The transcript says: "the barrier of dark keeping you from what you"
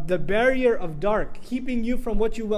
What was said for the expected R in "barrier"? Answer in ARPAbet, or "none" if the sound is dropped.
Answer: R